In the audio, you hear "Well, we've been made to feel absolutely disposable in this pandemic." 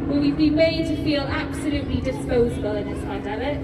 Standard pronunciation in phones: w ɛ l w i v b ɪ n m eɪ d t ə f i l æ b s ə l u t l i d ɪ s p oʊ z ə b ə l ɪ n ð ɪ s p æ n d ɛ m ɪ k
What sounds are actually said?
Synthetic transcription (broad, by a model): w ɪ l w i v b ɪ m eɪ d t ə f i l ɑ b s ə l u t l i d ɪ s p oʊ z ə b ə l ɪ n ð ɪ s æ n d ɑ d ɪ